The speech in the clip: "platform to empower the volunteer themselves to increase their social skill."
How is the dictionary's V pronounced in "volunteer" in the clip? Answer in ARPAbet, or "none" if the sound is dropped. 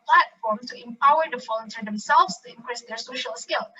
F